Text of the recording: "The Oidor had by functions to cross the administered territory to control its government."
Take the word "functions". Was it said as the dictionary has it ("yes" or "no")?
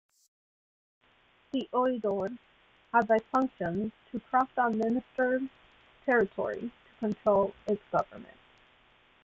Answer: no